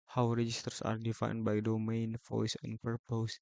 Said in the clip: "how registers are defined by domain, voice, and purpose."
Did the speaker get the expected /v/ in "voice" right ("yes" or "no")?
no